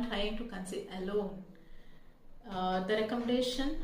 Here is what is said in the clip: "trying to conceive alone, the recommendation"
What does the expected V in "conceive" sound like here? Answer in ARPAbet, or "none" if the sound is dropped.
none